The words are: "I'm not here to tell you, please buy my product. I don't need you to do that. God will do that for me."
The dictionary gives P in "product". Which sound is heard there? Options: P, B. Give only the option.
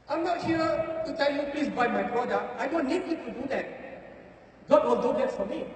B